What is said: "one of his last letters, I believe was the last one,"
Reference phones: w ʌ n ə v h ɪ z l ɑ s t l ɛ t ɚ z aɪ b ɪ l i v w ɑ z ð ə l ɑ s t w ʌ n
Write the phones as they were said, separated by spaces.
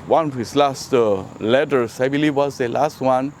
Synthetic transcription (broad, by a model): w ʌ n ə f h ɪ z l ɑ s t l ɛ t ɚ s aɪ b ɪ l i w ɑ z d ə l ɑ s t w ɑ n